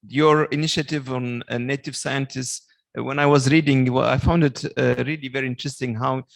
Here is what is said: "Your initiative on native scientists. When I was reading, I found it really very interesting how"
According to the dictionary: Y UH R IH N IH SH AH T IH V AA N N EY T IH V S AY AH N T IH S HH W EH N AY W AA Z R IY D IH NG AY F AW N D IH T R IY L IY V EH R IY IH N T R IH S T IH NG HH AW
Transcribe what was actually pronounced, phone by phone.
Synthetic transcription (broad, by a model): Y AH R IH N IH SH AH T IH V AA N N EY T IH V S AY AH N T IH S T W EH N AY W AA Z R IY D IH NG AY F AW N D IH T R IY L IY V EH R IY IH N T R IH S T IH NG HH AW